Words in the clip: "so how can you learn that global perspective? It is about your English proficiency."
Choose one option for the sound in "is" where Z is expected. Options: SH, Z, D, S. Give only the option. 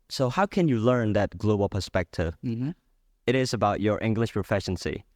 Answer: Z